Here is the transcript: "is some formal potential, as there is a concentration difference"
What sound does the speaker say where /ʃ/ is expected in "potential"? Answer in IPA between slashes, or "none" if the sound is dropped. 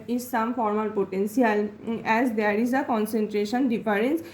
/s/